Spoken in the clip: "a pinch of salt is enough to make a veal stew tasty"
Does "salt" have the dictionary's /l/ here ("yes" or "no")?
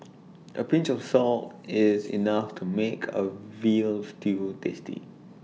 yes